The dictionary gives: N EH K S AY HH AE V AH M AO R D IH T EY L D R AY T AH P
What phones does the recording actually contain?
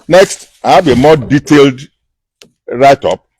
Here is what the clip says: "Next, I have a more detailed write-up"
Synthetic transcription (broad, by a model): N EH K S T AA B AH M AO D IH T EY L D R AY T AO P